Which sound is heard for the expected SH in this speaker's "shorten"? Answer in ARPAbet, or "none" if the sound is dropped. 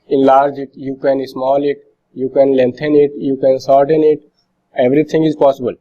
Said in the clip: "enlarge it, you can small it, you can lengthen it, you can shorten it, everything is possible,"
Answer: S